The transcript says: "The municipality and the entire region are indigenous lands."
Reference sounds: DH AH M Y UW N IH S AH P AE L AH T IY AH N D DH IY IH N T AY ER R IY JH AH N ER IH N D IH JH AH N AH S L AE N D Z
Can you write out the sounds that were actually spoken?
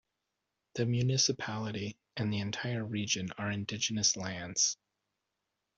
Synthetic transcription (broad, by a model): DH AH M Y UW N IH S AH P AE L AH T IY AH N DH IY IH N T AY ER R IY JH AH N ER IH N D IH JH AH N AH S L AE N D Z